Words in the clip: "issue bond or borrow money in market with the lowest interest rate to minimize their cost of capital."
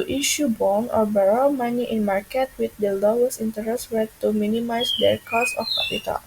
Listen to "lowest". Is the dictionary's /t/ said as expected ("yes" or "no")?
no